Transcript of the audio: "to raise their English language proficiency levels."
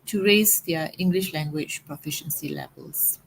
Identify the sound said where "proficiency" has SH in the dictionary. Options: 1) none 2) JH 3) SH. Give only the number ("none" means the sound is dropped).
3